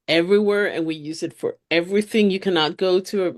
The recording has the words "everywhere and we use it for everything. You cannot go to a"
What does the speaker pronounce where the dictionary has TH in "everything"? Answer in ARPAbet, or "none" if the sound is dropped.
TH